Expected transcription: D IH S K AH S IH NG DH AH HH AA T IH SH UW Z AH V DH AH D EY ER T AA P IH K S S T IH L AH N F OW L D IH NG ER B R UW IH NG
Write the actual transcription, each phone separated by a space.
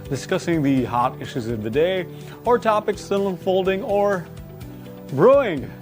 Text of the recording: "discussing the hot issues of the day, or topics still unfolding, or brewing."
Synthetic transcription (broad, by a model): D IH S K AH S IH NG DH AH HH AA T IH SH UW Z AH V DH AH D EY ER T AA P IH K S S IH N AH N F OW L D IH NG ER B R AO IH NG